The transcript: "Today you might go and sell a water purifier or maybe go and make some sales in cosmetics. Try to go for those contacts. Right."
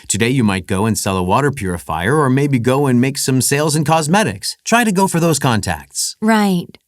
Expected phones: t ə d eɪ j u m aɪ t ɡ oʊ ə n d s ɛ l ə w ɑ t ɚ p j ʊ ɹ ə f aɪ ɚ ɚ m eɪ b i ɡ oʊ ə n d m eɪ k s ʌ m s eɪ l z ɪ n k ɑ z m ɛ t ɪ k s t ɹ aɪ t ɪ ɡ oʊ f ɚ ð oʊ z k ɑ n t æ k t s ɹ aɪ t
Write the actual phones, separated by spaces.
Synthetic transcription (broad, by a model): t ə d eɪ j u m aɪ t ɡ oʊ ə n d s ɛ l ə w ɑ t ɚ p j ʊ ɹ ə f aɪ ɚ ɚ m eɪ b i ɡ oʊ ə n m eɪ k s ʌ m s eɪ l z ɪ n k ɑ z m ɛ t ɪ k s t ɹ aɪ t ɪ ɡ oʊ f ɚ ð oʊ z k ɑ n t æ k t s ɹ aɪ t